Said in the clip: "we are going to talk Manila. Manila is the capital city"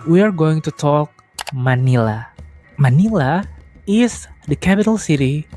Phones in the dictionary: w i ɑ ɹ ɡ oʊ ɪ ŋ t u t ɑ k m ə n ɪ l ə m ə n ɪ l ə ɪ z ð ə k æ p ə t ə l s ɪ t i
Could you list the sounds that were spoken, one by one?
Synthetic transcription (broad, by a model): w i ɑ ɹ ɡ oʊ ɪ ŋ t u t ɑ k m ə n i l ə m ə n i l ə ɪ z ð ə k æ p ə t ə l s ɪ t i